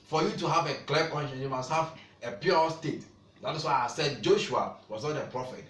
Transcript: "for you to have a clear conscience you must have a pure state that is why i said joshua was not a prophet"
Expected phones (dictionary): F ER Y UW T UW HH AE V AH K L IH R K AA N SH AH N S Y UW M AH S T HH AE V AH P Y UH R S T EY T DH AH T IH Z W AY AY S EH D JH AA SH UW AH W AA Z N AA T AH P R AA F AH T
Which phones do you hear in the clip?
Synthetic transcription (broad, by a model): F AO Y UW T UW HH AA V AH K L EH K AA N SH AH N Y UW M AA S T HH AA V AH P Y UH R S T EY T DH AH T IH S W AY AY S EH D JH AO SH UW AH W AA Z N AA T AH P R AA F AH T